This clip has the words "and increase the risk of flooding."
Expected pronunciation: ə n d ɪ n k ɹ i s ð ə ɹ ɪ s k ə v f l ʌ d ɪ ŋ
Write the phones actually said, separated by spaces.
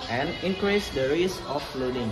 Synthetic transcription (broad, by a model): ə n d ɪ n k ɹ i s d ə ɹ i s ə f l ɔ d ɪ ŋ